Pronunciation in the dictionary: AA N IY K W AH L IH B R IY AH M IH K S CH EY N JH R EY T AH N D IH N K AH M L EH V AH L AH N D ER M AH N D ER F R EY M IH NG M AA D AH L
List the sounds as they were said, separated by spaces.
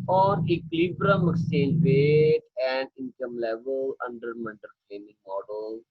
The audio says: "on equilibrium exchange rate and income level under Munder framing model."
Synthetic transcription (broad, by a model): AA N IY K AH L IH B R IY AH M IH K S EY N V EY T AH N D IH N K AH M L EH V AH L AH N D ER M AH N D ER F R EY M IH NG M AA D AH L